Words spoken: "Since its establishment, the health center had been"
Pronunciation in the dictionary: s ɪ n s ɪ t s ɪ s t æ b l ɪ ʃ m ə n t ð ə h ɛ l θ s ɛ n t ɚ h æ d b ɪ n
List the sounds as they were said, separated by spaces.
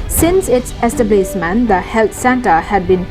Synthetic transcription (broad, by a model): s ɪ n s ɪ t s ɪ s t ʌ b l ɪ s m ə n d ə h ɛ l t s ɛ n t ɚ h æ d b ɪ n